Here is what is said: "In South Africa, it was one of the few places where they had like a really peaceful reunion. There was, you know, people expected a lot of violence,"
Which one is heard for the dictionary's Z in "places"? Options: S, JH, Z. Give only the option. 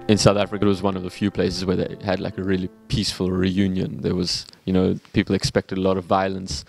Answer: Z